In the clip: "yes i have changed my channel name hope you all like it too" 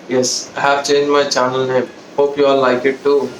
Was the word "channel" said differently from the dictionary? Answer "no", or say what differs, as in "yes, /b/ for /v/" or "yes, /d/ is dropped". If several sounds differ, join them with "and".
no